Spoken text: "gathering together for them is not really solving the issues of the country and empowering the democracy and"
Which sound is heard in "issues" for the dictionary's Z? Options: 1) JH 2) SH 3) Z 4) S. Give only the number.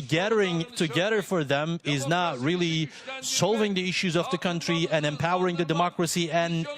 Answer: 3